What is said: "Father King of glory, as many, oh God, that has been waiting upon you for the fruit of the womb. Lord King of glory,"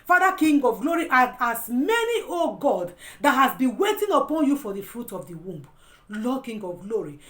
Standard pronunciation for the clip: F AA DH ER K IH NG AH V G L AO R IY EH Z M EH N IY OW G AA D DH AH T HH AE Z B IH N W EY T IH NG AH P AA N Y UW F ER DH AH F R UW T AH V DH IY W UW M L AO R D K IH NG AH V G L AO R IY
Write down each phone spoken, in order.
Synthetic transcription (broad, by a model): F AA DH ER K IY NG AH V G L AO R IY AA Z M EH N IY OW G AA D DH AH T HH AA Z B IH N W EY T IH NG AH P AA N Y UW F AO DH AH F R UW T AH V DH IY W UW M L AO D K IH NG AH V G L AO R IY